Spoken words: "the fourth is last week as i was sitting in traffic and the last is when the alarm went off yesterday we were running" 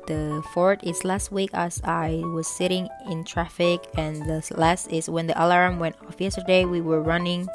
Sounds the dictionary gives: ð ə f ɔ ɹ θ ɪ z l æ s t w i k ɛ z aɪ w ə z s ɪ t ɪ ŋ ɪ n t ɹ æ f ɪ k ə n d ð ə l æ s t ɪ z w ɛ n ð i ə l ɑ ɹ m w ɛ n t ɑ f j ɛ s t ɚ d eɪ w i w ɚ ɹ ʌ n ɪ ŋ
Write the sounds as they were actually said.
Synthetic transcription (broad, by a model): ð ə f ɔ ɹ t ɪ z l æ s t w i k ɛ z aɪ w ə z s ɪ t ɪ ŋ ɪ n t ɹ æ f ɪ k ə n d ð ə l æ s t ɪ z w ɛ n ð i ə l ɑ ɹ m w ɛ n t ɑ f j ɛ s t ɚ d eɪ w i w ɚ ɹ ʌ n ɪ ŋ